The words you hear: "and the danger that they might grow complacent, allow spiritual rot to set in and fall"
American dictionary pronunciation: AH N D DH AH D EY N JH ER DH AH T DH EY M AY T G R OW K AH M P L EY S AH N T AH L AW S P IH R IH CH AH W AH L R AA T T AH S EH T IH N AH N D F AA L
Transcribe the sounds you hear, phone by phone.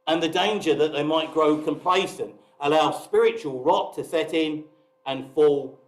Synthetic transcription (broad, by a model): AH N DH AH D EY N JH ER DH AH T DH EY M AY T G R OW K AH M P L EY S AH N T AH L AW S P IH R IH CH AH W AH L R AA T T AH S EH T IH N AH N F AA L